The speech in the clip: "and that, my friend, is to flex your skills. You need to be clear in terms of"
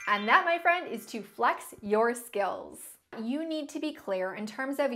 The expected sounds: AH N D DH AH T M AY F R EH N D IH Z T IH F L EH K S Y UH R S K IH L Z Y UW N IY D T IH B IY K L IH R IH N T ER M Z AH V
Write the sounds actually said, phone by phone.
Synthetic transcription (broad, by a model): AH N DH AH T M AY F R EH N D IH Z T IH F L EH K S Y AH R S K IH L Z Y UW N IY D T IH B IY K L IH R IH N T ER M Z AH V